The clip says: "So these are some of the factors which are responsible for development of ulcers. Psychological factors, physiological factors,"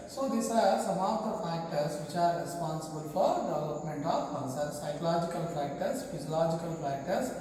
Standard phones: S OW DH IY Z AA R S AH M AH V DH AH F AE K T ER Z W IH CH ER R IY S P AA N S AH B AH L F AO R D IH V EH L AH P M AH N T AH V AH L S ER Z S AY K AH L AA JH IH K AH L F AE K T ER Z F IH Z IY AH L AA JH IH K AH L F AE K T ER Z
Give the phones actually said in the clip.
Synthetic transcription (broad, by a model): S OW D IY S AA R S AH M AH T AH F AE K T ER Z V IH CH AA R IY S P AA N S AH B AH L F AO R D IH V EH L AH P M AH N T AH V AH N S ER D S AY K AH L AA JH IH K AH L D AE K T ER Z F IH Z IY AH L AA JH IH K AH L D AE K T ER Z